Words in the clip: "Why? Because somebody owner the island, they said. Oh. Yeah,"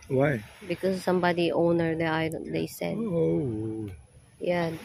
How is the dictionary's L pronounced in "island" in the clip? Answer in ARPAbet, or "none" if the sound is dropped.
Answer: none